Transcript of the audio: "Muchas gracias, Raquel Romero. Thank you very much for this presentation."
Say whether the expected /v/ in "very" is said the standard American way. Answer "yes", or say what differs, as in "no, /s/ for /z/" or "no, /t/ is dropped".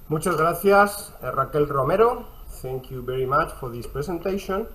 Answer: no, /b/ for /v/